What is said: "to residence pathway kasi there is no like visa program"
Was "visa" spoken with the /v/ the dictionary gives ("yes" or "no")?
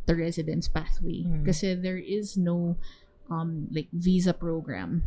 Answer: yes